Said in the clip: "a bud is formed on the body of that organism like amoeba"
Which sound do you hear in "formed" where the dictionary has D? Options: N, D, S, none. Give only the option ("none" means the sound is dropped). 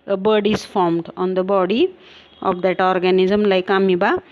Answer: D